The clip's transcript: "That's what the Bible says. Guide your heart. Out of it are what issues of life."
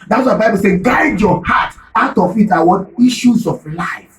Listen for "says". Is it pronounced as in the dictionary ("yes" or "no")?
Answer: no